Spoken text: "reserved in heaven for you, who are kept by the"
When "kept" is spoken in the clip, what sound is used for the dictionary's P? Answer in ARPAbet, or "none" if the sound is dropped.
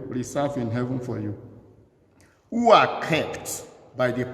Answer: P